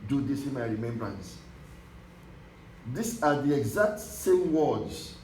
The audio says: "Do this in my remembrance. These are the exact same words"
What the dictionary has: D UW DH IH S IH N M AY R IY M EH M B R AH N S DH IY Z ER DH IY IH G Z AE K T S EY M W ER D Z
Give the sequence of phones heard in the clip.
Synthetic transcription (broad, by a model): D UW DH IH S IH M AY R IY M EH M B R AH N S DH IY S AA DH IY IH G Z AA K T S EY M W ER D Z